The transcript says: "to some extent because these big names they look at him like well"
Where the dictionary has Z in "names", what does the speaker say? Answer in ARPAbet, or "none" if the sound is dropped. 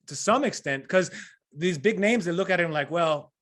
Z